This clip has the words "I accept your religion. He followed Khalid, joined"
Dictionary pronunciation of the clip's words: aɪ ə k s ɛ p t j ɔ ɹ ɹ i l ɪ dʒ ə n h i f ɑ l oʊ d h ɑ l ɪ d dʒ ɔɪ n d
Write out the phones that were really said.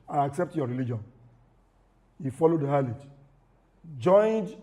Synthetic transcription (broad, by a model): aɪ ə k s ɛ p t j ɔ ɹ ɹ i l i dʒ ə n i f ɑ l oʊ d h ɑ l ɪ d dʒ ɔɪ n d